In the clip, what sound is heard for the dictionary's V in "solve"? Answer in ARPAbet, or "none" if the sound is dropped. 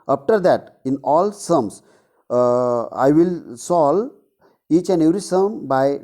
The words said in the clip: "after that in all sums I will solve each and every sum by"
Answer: none